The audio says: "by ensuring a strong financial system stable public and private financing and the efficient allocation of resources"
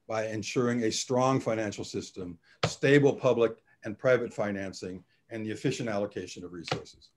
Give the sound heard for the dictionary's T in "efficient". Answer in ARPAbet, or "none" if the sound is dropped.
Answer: T